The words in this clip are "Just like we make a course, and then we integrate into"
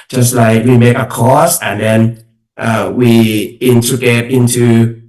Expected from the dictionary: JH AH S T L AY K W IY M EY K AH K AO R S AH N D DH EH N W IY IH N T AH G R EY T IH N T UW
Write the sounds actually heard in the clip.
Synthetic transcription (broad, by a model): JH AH S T L AY K W IY M EY K AH K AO S AH N D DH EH N W IY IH N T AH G EY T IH N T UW